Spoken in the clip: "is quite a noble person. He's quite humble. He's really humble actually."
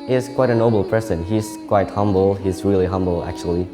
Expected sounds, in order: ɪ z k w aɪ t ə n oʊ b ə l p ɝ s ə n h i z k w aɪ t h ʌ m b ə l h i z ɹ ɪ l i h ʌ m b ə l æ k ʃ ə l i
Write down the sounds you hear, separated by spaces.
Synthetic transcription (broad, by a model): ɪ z k w aɪ t ə n oʊ b l p ɝ s ə n h i z k w aɪ t h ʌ m b l h i z ɹ ɪ l i h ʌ m b l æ k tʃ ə l i